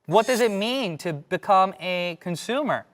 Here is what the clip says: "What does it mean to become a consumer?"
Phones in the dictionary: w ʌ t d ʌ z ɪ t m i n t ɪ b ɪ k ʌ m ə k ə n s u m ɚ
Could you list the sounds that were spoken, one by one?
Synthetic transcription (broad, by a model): w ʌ t d ʌ z ɪ t m i n t ɪ b ɪ k ʌ m ə k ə n s u m ɚ